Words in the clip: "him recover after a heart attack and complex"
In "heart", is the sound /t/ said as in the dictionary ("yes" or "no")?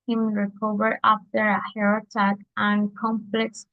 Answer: no